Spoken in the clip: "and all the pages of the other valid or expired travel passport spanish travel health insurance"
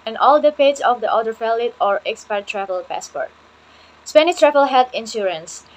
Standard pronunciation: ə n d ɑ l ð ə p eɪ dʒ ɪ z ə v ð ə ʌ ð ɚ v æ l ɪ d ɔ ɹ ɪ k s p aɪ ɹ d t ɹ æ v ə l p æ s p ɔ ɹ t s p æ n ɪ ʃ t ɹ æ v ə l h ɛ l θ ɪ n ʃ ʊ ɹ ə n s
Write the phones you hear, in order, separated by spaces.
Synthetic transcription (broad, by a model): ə n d ɑ l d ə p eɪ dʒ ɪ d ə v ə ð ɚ f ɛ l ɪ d ɔ ɹ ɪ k s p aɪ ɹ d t ɹ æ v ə l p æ s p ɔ ɹ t s p æ n ɪ ʃ t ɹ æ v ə l h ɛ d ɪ n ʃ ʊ ɹ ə n s